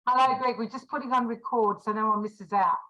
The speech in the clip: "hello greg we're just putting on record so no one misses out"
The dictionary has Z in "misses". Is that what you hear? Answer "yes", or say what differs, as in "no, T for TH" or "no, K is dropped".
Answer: yes